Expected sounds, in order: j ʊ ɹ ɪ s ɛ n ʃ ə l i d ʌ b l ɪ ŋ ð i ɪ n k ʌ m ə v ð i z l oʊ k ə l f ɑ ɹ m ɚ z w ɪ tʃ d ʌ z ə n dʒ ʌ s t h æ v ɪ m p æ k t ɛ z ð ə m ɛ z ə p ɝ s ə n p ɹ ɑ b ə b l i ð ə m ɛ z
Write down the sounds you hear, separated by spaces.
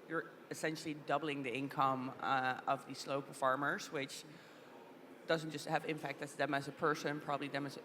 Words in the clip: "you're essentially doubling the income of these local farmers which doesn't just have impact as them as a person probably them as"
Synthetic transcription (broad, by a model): j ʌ ɹ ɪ s ɛ n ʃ l i d ʌ b l ɪ ŋ ð i ɪ n k ʌ m ə v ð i s l oʊ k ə f ɑ ɹ m ɚ z w ɪ tʃ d ʌ z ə n dʒ ʌ s t h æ v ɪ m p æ k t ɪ s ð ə m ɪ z ə p ɝ s ə n p ɹ ɑ b ə b l i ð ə m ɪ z